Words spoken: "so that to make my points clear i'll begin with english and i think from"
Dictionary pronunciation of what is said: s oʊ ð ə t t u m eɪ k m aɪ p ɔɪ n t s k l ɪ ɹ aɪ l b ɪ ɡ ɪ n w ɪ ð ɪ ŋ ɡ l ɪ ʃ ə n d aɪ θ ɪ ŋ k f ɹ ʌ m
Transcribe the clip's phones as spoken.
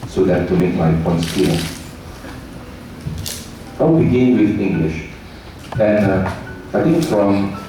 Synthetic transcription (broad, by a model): s oʊ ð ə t t u m eɪ k m aɪ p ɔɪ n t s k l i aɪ w b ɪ ɡ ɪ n w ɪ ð ɪ ŋ ɡ l ɪ ʃ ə n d aɪ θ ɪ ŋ k f ɹ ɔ m